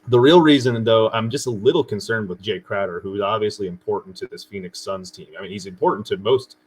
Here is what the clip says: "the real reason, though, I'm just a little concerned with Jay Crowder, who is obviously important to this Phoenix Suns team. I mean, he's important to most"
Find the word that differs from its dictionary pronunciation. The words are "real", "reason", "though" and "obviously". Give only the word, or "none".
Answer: none